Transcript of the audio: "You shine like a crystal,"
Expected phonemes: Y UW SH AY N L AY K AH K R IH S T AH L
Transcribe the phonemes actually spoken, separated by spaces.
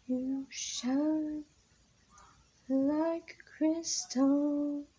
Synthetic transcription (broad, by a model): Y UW SH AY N L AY AH K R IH S T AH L